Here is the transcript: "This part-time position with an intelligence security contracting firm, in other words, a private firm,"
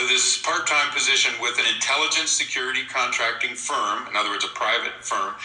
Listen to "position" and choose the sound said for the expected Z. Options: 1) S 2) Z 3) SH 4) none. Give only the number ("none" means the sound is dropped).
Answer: 2